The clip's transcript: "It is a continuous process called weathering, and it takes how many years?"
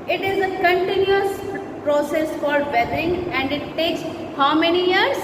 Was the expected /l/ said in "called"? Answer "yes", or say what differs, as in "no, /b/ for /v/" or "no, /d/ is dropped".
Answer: no, /l/ is dropped